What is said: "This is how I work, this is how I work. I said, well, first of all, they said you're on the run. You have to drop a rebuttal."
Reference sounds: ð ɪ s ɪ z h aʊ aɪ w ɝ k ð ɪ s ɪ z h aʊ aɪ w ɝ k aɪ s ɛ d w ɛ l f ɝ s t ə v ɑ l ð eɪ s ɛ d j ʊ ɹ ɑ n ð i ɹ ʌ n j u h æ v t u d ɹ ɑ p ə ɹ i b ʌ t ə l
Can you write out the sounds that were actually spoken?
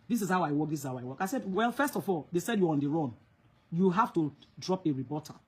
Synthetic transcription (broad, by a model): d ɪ s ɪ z h aʊ aɪ w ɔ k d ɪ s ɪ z h aʊ aɪ w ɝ k aɪ s ɛ d w ɛ l f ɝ s t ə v ɑ l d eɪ s ɛ d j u ɑ n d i ɹ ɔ n j u h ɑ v t u d ɹ ɑ p ə ɹ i b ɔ t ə